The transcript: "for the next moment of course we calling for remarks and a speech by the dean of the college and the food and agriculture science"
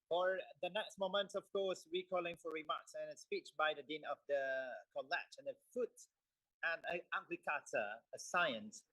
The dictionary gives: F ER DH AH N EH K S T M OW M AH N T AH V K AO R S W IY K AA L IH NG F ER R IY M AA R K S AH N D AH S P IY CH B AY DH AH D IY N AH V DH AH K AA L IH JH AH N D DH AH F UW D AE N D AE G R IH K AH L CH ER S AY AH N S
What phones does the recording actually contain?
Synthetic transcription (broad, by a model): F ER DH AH N EH K S T M OW M AH N T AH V K AO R S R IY K AA L IH NG F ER R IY M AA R K S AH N AH S P IY CH B AY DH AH D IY N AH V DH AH K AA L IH CH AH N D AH F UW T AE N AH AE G L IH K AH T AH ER S AY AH N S